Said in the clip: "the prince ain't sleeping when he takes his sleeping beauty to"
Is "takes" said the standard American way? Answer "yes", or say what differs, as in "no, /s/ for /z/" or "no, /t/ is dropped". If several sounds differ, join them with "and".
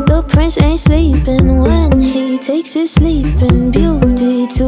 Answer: yes